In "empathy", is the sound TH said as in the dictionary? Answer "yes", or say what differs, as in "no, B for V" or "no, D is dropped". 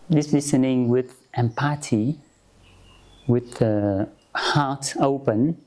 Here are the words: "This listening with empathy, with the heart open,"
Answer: no, T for TH